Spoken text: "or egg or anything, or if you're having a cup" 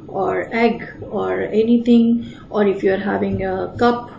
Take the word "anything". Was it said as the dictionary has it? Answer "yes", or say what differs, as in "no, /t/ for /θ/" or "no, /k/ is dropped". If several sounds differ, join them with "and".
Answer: no, /t/ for /θ/